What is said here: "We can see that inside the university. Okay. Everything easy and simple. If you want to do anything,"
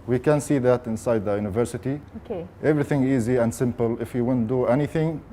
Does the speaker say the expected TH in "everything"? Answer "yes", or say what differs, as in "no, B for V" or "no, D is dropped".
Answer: yes